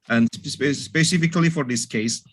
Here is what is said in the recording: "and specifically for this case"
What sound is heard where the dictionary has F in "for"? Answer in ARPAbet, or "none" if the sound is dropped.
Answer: F